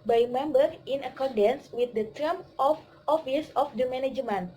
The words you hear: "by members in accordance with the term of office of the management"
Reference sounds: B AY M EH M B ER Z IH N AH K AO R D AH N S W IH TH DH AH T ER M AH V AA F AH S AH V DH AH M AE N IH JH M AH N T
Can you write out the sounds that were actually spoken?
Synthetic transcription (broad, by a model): B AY M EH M B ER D IH N AH K AO R D AH N S W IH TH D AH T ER M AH F AA F AH S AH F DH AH M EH N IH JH M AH N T